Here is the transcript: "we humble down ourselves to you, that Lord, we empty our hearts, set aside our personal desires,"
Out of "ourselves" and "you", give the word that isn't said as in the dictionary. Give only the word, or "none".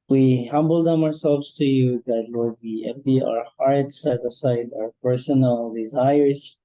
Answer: none